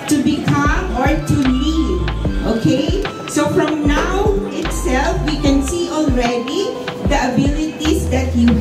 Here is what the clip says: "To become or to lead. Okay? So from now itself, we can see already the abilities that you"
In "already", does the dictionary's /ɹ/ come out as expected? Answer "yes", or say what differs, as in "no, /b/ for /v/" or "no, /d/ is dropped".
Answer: yes